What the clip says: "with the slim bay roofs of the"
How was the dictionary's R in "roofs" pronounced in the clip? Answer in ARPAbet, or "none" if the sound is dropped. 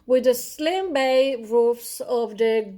R